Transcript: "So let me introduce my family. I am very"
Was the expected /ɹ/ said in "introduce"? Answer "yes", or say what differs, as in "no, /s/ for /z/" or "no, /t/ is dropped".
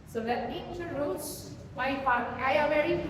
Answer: no, /ɹ/ is dropped